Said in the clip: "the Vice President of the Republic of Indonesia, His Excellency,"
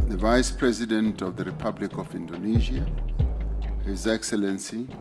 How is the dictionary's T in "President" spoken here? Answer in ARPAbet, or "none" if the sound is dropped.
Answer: T